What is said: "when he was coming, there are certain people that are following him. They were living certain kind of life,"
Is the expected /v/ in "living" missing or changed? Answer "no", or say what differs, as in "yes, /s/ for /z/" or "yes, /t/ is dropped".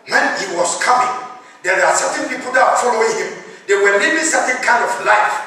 yes, /b/ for /v/